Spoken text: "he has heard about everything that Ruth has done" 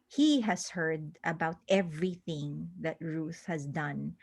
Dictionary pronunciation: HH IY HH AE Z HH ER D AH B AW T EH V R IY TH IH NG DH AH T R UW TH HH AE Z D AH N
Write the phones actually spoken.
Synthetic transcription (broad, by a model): HH IY HH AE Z HH ER D AH B AW T EH V R IY TH IH NG DH AH T R UW TH HH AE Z D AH N